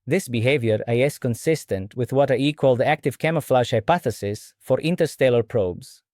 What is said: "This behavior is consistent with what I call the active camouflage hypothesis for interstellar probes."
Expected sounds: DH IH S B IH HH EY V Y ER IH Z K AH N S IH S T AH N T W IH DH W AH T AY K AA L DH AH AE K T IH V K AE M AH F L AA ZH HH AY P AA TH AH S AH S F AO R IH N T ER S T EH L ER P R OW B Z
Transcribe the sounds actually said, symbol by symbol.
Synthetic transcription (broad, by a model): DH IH S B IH HH EY V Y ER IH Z K AH N S IH S T AH N T W IH DH W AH T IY K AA L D AE K T IH V K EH M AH F L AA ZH HH AY P AA TH AH S AH S F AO R IH N T ER S T EH L ER P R OW B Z